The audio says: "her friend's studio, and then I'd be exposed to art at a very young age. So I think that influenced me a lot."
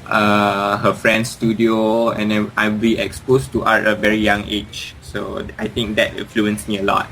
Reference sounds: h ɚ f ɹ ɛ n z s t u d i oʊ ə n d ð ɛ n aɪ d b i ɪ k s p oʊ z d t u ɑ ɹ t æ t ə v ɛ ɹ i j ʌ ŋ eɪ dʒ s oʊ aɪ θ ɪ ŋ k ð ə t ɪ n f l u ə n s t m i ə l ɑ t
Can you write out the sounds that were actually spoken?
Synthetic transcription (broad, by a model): h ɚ f ɹ ɛ n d s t u d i oʊ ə n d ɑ aɪ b i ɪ k s p oʊ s t u t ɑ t ə v ɛ ɹ i j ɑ ŋ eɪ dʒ s oʊ aɪ t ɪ ŋ k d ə t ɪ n f l u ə n s m i ə l ɑ t